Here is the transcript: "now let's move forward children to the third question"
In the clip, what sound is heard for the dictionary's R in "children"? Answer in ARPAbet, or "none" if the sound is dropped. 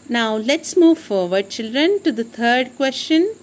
R